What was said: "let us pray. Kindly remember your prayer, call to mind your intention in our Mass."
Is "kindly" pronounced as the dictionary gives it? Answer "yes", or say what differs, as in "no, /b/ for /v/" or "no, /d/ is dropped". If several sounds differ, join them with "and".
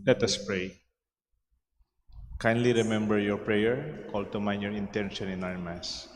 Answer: yes